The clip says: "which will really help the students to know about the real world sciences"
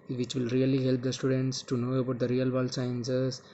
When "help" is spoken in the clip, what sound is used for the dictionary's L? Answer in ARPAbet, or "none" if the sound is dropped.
L